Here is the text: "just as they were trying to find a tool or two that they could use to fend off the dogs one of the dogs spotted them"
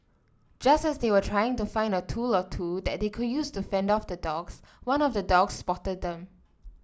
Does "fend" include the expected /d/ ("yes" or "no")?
yes